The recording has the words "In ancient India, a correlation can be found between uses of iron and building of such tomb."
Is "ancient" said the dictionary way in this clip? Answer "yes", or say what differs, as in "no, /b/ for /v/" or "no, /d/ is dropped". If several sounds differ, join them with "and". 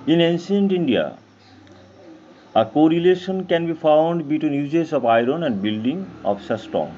no, /s/ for /ʃ/